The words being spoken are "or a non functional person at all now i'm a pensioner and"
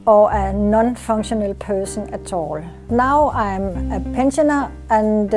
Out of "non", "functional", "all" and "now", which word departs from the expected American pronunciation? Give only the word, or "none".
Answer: functional